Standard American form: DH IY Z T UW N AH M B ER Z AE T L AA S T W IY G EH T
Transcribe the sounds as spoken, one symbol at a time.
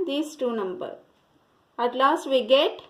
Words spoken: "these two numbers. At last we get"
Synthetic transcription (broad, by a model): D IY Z T UW N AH M B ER AE T L AA S T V IY G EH T